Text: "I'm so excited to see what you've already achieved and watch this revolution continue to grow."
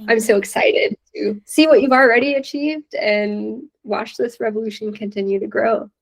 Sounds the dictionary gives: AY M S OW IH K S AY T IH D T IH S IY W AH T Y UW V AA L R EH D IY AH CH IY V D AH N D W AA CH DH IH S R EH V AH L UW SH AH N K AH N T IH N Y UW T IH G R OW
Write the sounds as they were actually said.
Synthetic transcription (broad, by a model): AY M S OW IH K S AY T IH D T IH S IY W AH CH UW V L R EH D IY AH CH IY V D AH N W AA CH DH IH S R EH V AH L UW SH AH N K AH N T IH N Y UW T IH G R OW